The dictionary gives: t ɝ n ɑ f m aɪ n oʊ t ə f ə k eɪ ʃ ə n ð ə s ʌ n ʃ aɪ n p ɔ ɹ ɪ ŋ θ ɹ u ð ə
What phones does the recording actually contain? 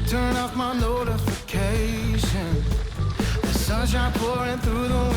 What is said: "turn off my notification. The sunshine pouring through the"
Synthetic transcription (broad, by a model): t ɝ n ɑ f m aɪ n oʊ t ə f ə k eɪ ʃ ə n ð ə s ʌ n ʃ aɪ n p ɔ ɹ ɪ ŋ θ ɹ u ð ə